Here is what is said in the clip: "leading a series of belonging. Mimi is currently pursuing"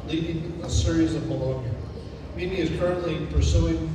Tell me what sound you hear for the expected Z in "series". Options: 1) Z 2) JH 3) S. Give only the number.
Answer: 1